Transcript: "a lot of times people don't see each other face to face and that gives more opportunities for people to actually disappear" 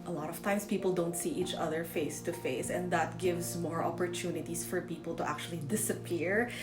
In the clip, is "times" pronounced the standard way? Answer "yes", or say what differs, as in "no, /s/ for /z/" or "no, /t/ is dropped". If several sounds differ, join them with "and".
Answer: no, /s/ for /z/